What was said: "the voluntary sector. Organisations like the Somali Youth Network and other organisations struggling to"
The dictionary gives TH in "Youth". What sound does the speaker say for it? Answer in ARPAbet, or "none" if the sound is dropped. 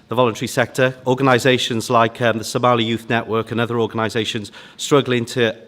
TH